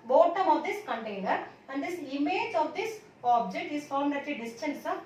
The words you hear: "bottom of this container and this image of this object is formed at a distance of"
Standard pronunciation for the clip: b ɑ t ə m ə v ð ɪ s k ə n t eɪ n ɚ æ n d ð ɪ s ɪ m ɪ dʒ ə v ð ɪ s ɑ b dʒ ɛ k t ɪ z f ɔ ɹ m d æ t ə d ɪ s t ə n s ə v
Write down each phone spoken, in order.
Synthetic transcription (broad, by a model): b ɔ t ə m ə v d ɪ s k ə n t eɪ n ɚ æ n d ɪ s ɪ m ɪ dʒ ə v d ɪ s ɑ b dʒ ɛ k t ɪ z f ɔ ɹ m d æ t ə d ɪ s t ə n s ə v